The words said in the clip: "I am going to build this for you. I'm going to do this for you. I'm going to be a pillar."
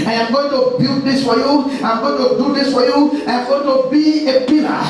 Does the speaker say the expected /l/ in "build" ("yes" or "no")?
no